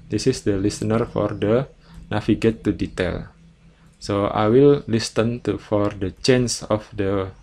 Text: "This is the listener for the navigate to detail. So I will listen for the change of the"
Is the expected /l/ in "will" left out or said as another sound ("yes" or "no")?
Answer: no